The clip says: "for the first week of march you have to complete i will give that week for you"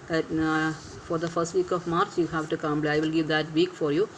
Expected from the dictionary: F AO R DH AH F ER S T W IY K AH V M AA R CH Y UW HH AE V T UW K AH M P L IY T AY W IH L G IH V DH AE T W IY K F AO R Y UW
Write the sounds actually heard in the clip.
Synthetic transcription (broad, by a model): F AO R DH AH F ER S T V IY K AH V M AA R CH Y UW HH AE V T UW K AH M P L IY AY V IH L G IH V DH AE T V IY K F AO R Y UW